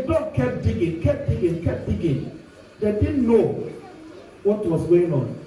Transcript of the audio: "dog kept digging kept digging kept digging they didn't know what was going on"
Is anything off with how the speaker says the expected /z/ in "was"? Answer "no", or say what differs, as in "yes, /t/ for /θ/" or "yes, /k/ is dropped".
yes, /s/ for /z/